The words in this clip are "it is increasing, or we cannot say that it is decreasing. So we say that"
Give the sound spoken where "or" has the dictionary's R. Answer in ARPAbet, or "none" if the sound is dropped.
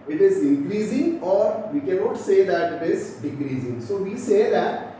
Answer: R